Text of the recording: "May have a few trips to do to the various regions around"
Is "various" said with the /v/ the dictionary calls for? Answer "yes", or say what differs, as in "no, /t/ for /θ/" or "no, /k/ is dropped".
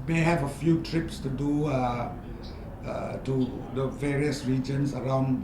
yes